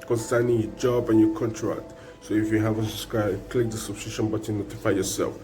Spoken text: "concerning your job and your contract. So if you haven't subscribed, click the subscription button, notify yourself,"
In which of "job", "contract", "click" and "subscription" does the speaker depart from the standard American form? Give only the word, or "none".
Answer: subscription